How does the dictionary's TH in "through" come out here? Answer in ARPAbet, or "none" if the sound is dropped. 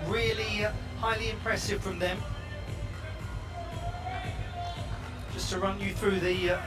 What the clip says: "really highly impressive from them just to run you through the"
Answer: TH